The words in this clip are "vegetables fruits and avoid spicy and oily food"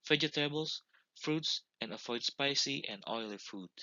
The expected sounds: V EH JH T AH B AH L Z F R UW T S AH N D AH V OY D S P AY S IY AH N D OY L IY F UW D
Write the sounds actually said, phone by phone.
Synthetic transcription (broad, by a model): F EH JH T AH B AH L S F R UW T S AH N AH F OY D S P AY S IY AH N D OY L IY F UW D